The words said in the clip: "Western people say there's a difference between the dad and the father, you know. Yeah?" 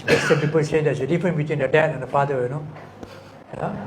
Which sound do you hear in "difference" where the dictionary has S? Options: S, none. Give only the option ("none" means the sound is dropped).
none